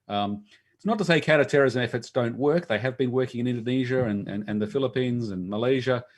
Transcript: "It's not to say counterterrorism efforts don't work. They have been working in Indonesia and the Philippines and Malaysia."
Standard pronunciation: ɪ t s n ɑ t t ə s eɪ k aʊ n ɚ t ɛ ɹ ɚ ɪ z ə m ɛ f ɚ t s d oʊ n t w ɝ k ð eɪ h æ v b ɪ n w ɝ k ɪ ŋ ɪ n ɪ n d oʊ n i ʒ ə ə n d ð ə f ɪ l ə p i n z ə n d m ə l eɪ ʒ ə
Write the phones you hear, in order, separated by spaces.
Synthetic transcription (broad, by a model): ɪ t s n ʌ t t ə s eɪ k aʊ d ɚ t ɛ ɹ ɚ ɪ z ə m ɛ f ɚ t s d oʊ n t w ɝ k ð eɪ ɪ v b ɪ n w ɝ k ɪ ŋ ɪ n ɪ n d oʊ n i ʒ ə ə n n ð ə f ɪ l ə p i n z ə n m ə l eɪ ʒ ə